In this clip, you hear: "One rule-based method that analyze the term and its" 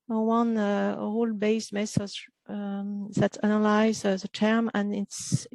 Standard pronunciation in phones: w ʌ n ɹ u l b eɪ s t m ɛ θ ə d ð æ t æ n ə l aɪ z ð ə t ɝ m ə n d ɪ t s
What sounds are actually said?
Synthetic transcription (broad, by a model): w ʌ n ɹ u l b eɪ s t m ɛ s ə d ð æ t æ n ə l aɪ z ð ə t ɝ m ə n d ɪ t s